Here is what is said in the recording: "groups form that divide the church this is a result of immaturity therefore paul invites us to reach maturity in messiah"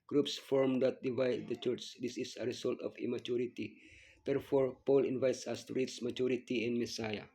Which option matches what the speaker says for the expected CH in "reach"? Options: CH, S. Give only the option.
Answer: S